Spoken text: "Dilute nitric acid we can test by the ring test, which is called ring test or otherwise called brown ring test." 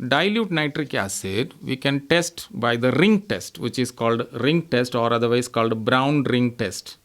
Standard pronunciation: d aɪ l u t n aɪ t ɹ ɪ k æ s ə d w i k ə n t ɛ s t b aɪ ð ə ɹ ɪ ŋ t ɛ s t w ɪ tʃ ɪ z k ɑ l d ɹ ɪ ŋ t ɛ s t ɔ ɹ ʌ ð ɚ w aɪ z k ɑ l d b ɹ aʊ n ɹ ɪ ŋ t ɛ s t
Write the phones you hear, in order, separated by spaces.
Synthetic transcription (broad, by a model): d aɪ l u t n aɪ t ɹ ɪ k æ s ə d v i k ə n t ɛ s t b aɪ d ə ɹ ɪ ŋ t ɛ s t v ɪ tʃ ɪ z k ɑ l d ɹ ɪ ŋ t ɛ s t ɔ ɹ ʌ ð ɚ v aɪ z k ɑ l d b ɹ aʊ n ɹ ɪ ŋ t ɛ s t